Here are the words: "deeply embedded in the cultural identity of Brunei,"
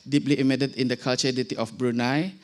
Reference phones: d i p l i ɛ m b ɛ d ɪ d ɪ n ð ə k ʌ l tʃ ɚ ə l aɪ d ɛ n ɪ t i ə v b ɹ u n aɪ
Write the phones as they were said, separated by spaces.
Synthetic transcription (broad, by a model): d i p l i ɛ m ɛ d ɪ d ɪ n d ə k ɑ l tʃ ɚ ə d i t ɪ t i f b ɹ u n aɪ